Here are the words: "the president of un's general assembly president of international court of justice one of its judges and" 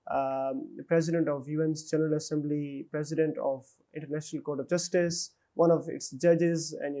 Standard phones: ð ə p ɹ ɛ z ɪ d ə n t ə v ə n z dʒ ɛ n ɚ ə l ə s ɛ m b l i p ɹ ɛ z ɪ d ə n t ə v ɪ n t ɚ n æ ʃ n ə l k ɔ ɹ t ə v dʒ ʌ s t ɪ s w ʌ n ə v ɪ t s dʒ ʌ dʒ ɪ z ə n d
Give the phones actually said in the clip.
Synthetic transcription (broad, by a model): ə p ɹ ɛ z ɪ d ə n t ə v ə n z dʒ ɛ n ɚ ə l ə s ɛ m b l i p ɹ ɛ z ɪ d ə n t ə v ɪ n t ɚ n æ ʃ n ə l k ɔ ɹ t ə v dʒ ʌ s t ɪ s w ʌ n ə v ɪ t s dʒ ʌ dʒ ɪ z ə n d